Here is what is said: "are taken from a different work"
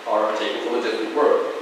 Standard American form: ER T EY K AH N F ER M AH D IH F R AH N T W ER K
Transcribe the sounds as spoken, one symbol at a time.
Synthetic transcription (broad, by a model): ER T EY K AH L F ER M AH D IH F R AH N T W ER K